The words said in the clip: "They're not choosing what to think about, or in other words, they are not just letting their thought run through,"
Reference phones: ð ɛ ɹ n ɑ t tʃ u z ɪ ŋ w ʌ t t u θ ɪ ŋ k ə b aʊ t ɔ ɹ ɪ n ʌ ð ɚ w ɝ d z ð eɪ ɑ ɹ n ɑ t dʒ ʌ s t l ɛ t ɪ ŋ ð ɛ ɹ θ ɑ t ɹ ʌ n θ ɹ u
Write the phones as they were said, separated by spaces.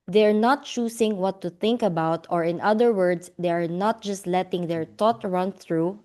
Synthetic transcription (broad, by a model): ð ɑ ɹ n ɑ t tʃ u s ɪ ŋ w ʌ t t u θ ɪ ŋ k ə b aʊ t ɔ ɹ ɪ n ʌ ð ɚ w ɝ d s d eɪ ɑ ɹ n ɑ t dʒ ʌ s t l ɛ t ɪ ŋ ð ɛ ɹ t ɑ t ɹ ʌ n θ ɹ u